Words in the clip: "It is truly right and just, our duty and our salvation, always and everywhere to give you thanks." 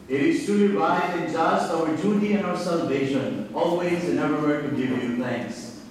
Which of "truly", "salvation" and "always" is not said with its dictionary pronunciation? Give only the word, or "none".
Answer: truly